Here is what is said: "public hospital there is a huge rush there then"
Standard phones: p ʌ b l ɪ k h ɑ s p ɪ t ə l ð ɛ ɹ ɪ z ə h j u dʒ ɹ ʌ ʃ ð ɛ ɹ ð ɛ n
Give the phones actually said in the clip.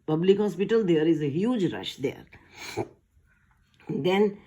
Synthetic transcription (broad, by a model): p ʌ b l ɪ k h ɑ s p ɪ t ə l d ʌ ɹ ɪ z ə h j u dʒ ɹ ʌ ʃ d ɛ ɹ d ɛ n